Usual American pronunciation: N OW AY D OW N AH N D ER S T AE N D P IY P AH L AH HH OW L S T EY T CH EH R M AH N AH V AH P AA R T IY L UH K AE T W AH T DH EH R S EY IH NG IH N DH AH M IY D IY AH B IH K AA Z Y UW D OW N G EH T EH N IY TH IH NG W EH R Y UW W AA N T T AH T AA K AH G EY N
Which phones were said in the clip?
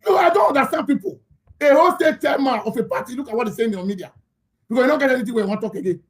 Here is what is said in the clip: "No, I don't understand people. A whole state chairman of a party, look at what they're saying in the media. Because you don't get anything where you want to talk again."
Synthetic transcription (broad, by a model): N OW AY D OW N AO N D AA S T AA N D P IY P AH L AH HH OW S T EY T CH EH L M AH AH F AH P AA T IY L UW K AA T W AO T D EH S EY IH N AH M IY D IY AH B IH K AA S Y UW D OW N G EH T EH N IY T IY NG W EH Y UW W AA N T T T AA K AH G EY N